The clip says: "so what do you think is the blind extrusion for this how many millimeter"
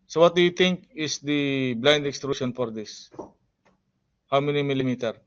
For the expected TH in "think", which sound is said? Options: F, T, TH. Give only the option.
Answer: T